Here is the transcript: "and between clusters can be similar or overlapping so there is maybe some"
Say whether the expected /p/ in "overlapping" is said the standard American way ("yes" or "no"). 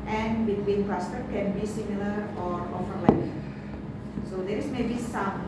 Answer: no